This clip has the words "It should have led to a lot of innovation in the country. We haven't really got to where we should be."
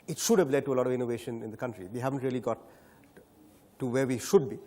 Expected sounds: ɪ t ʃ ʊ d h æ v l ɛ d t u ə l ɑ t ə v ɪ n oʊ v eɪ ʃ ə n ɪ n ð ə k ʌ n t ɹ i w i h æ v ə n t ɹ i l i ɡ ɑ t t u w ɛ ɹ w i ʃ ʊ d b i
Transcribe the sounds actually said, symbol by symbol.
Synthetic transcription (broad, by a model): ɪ t ʃ ʊ d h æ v l ɛ d t u ə l ɑ t ə v ɪ n oʊ v eɪ ʃ ə n ɪ n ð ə k ʌ n t ɹ i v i h æ v ə n t ɹ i l i ɡ ɑ t t u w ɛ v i ʃ ʊ d b i